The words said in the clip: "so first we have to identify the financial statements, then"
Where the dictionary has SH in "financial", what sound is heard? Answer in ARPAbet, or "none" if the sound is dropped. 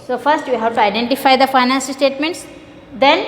S